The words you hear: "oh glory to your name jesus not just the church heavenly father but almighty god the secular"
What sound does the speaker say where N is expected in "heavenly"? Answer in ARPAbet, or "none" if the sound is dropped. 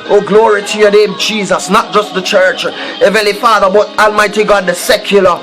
none